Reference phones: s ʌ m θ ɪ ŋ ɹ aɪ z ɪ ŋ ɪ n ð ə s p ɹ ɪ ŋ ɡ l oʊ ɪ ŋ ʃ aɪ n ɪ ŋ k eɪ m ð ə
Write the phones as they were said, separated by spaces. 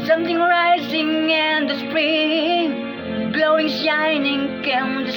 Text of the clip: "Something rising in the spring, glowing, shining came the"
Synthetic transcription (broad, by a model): s ʌ m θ ɪ ŋ ɹ aɪ z ɪ ŋ ɪ n ð ə s p ɹ ɪ ŋ ɡ l oʊ ɪ ŋ ʃ aɪ n ɪ ŋ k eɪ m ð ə